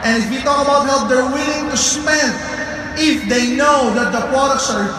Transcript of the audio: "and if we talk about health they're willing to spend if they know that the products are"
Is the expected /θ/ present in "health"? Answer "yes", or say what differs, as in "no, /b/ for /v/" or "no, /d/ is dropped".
no, /t/ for /θ/